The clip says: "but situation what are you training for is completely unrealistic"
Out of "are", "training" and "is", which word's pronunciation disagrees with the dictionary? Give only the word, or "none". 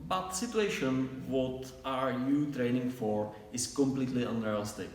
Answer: is